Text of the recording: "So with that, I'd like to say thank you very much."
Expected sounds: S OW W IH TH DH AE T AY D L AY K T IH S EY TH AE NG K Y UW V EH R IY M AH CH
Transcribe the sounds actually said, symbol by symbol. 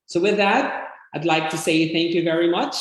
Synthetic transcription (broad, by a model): S OW W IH DH AE T AY D L AY K T IH S EY TH AE NG K Y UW V EH R IY M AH CH